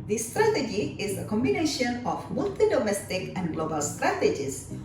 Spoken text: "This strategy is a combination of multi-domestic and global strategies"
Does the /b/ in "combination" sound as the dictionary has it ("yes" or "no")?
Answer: yes